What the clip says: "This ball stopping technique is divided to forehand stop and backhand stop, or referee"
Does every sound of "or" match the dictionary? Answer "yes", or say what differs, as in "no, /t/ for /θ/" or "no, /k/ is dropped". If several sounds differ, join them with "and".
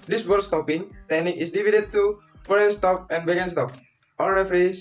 no, /l/ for /ɹ/